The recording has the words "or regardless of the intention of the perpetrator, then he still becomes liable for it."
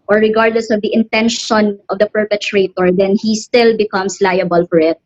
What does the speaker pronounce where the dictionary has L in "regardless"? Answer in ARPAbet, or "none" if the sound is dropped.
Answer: L